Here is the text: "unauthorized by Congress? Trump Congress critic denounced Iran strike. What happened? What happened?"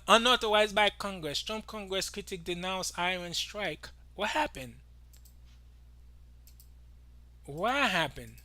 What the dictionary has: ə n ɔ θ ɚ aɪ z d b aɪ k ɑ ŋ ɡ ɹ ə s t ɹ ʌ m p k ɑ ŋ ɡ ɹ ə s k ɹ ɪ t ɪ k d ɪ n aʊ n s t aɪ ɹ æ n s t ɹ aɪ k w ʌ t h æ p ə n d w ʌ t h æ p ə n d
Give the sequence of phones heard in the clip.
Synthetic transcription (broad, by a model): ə n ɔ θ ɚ aɪ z b aɪ k ɑ ŋ ɡ ɹ ə s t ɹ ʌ m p k ɑ ŋ ɡ ɹ ə s k ɹ ɪ t ɪ k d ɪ n aʊ n s aɪ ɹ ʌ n s t ɹ aɪ k w ʌ t h æ p ə n d w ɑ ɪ h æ p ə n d